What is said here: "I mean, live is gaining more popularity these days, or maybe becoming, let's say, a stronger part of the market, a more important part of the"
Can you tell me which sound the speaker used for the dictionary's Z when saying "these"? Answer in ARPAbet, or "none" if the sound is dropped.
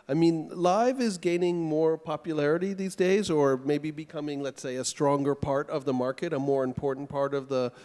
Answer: Z